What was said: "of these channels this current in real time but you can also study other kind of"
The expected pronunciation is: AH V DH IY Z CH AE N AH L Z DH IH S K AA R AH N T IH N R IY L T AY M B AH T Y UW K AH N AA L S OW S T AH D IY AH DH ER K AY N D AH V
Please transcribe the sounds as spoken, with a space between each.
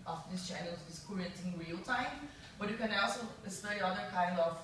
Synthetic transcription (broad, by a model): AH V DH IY S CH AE N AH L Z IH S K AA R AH T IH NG R IY L T AY M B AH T Y UW K AH N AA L S OW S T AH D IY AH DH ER K AY N D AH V